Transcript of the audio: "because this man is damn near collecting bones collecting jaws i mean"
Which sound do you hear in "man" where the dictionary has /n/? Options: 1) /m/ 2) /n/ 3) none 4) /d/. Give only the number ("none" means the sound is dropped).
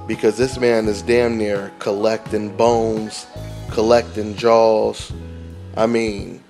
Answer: 2